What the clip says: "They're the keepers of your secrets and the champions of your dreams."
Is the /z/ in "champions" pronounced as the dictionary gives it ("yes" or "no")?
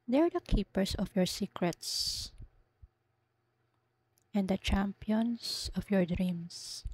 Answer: no